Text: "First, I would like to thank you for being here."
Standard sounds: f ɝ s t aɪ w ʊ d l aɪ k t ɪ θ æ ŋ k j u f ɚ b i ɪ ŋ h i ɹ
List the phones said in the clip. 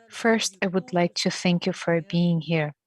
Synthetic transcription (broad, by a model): f ɝ s t aɪ w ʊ d l aɪ k t ɪ θ æ ŋ k j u f ɚ b i ɪ ŋ h i ɹ